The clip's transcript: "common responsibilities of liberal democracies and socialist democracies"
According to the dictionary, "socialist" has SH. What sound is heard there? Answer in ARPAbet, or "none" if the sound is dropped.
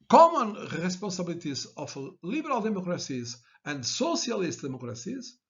S